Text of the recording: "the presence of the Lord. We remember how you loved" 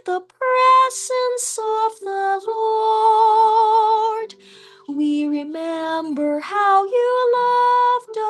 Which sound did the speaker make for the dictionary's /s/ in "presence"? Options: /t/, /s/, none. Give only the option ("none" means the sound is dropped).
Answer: /s/